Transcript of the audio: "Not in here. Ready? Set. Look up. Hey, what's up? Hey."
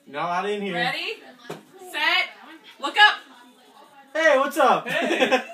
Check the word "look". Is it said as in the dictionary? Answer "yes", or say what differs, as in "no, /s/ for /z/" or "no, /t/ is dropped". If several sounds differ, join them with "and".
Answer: no, /w/ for /l/